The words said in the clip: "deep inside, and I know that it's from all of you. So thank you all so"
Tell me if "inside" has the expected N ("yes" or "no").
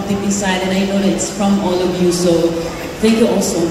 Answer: no